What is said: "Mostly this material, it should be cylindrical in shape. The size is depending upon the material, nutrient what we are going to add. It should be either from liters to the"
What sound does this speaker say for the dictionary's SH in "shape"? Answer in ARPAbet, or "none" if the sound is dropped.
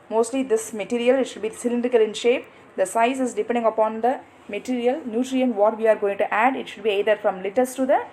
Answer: SH